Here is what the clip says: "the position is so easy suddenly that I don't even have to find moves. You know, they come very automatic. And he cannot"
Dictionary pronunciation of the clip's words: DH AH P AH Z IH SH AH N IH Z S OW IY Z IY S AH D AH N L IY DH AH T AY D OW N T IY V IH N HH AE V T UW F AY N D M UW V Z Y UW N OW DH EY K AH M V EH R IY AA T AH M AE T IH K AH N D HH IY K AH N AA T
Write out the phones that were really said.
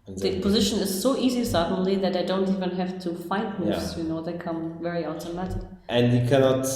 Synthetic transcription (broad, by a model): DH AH P AH Z IH SH AH N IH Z S OW IY Z IY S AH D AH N L IY DH AH T AY D OW N T IY V IH N HH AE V T UW F AY N D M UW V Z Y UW N OW DH EY K AH M V EH R IY AA T AH M AE T IH K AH N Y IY K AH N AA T